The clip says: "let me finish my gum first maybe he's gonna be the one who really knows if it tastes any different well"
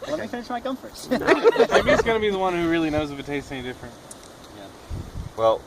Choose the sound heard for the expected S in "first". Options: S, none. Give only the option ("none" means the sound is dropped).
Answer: none